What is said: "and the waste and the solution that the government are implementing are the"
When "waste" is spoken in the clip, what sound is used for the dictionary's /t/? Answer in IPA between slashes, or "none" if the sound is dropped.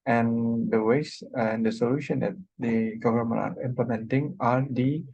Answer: none